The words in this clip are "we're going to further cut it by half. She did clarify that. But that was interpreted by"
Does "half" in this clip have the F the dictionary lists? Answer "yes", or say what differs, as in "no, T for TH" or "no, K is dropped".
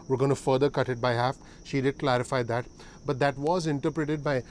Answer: yes